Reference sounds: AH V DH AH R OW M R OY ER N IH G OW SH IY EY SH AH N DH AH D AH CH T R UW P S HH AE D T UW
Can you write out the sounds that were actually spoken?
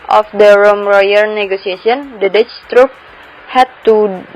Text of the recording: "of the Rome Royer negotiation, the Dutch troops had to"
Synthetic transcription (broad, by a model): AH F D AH R OW M R OY ER N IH G OW S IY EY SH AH N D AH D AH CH T R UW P HH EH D T UW